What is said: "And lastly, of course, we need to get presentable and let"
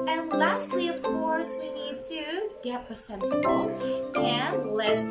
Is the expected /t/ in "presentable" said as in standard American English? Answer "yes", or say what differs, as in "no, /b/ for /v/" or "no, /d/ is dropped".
no, /s/ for /t/